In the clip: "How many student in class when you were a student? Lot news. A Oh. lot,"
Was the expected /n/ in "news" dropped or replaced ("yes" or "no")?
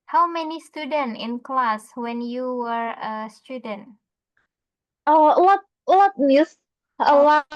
yes